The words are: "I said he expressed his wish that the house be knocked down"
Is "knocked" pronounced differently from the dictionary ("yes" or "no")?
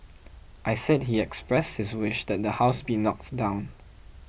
no